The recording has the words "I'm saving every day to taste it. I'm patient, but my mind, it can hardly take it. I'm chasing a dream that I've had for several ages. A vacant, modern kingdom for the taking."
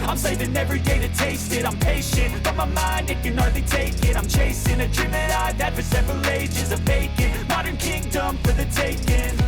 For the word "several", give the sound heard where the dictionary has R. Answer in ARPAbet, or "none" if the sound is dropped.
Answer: R